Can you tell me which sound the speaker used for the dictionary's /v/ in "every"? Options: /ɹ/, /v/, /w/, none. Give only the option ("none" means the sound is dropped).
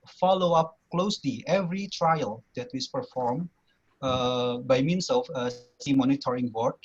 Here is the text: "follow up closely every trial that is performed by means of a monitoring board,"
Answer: /v/